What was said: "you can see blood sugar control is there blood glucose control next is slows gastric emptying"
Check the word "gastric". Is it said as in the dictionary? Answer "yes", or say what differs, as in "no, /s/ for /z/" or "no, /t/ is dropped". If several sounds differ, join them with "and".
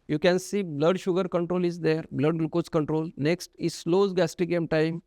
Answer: no, /ɹ/ is dropped